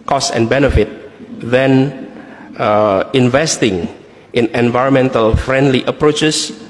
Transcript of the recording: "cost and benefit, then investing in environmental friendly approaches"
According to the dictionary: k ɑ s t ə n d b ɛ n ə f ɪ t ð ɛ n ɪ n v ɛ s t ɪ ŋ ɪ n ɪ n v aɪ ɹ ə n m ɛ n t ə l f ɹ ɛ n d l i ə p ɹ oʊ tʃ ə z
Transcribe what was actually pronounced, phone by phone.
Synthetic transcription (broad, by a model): k ɑ s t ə n b ɛ n ə f ɪ t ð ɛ n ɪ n v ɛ s t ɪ ŋ ɪ n ɪ n v aɪ ɹ ə n m ɛ n t ə l f ɹ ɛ n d l i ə p ɹ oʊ tʃ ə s